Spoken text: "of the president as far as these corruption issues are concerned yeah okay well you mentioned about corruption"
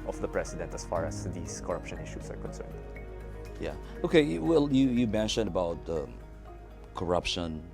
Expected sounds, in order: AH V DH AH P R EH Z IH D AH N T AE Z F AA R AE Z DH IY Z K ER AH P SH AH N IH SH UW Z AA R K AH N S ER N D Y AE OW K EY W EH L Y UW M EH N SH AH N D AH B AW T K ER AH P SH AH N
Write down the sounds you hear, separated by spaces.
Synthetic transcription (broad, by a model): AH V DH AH P R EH S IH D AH N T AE S F AA R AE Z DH IY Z K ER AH P SH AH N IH SH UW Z AA R K AH N S ER N D Y AE OW K EY W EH L Y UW M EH N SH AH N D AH B AW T K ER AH P SH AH N